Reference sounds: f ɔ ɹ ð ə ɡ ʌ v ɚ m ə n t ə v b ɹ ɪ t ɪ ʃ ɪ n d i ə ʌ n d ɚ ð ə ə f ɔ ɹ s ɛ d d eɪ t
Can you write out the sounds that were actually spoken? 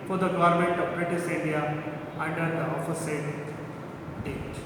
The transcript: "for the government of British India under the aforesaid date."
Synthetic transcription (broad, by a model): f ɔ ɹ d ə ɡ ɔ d m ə n t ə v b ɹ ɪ t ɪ s ɪ n d i ə ʌ n d ɚ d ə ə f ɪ s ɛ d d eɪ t